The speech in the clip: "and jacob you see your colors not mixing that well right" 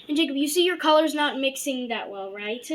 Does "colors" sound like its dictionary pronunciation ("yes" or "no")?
yes